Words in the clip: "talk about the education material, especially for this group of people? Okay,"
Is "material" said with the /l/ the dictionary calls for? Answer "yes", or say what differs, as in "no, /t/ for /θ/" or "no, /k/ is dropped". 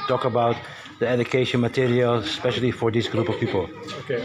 yes